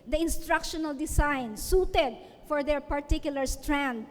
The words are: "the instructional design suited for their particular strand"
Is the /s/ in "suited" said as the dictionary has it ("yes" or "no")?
yes